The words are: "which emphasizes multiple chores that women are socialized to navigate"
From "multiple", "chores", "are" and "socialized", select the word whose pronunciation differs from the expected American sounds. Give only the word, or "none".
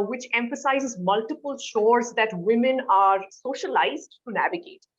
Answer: chores